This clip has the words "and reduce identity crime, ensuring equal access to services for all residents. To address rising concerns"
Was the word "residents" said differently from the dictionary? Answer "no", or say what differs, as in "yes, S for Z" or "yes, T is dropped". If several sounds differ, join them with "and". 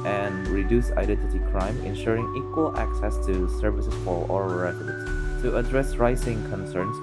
yes, N is dropped